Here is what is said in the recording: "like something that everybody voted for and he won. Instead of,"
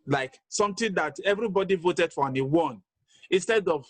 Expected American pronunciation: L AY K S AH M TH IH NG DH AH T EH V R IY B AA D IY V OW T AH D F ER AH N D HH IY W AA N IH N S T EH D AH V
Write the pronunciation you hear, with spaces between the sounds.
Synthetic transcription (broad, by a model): L AY K S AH M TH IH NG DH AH T EH V R IY B AA D IY V OW T AH D F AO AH N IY W AA N IH N S T EH D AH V